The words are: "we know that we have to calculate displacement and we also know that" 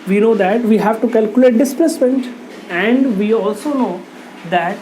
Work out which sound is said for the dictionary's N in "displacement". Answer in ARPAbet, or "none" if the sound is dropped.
N